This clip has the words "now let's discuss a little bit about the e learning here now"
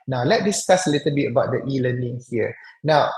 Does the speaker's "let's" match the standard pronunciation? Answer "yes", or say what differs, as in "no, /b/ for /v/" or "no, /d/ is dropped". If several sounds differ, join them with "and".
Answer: no, /s/ is dropped